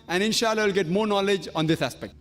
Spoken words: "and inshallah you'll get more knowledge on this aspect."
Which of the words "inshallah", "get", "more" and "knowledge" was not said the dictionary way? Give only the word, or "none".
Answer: none